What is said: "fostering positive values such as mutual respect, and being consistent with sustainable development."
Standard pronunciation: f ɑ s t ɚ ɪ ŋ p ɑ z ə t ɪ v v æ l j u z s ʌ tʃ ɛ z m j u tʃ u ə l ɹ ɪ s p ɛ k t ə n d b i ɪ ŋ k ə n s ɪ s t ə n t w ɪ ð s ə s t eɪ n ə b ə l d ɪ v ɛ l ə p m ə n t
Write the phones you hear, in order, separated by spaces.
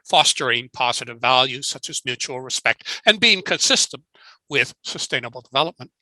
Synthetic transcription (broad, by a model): f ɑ s t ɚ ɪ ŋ p ɑ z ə t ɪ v v æ l j u z s ʌ tʃ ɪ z m j u tʃ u l ɹ ɪ s p ɛ k t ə n b i ɪ ŋ k ə n s ɪ s t ə n t w ɪ ð s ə s t eɪ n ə b l d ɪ v ɛ l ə p m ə n t